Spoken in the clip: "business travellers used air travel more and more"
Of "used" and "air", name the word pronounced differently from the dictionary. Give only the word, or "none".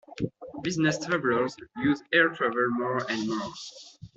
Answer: used